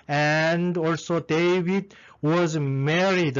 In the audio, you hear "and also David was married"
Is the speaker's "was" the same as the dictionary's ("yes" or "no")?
yes